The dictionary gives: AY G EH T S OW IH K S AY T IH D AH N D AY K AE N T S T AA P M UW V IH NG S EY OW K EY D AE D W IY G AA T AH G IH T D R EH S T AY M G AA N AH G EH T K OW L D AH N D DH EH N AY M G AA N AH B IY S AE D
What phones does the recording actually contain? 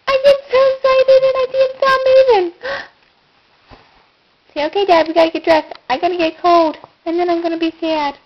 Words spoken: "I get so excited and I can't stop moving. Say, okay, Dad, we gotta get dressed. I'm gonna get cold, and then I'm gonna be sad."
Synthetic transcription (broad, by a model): AY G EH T S OW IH S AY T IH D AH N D AY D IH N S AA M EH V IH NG S EY OW K EY D AE D W IY G AA T AH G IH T D R EH S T AY M G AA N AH G EH T K OW L D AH N DH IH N AY M G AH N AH B IY S AE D